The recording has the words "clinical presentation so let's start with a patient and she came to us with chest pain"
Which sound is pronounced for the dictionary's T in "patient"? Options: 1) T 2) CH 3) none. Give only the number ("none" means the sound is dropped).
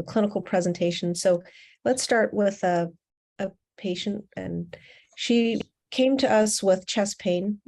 1